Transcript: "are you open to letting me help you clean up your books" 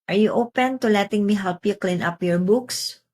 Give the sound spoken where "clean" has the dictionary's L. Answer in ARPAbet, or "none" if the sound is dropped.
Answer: L